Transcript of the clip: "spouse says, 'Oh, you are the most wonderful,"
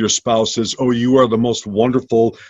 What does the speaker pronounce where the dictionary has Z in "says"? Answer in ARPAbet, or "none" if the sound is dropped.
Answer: Z